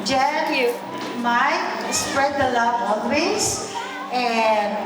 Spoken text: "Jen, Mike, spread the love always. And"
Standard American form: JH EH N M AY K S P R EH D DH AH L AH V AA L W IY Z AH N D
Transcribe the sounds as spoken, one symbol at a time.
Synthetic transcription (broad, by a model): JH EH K M AY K S P R EH D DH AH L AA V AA N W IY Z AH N